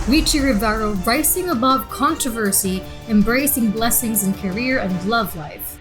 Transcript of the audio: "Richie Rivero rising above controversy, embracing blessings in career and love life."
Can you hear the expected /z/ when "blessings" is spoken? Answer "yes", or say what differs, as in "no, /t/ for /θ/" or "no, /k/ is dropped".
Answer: yes